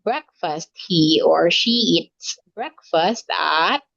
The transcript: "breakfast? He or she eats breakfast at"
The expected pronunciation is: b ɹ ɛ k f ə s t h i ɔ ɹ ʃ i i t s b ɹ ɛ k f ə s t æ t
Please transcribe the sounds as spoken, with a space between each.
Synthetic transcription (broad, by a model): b ɹ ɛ k f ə s t h i ɔ ɹ ʃ i i t s b ɹ ɛ k f ə s t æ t